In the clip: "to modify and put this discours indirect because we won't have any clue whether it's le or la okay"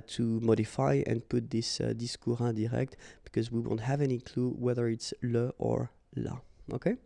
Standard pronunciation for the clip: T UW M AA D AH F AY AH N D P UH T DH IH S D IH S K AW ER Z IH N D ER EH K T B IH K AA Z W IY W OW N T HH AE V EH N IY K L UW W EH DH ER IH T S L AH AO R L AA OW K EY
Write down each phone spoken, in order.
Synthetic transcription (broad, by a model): T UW M AA D AH F AY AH N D P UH T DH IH S D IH S K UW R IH D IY EH K T B IH K AA Z W IY W OW N T HH AE V EH N IY K L UW W EH DH ER IH T S L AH AO R L AA OW K EY